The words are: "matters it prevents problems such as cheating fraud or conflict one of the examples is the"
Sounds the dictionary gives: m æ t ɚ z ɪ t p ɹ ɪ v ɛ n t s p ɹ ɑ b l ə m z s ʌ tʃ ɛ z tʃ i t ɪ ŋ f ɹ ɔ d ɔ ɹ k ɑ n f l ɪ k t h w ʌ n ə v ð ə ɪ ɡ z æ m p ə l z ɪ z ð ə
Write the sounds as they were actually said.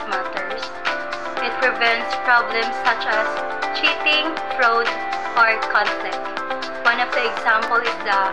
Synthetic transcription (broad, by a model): m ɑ t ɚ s ɪ t p ɹ ɪ v ɛ n t s p ɹ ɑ b l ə m s ʌ tʃ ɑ s tʃ i t ɪ ŋ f ɹ ɔ d ɔ ɹ k ɑ n f l ɪ k t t w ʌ n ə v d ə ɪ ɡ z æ m p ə l ɪ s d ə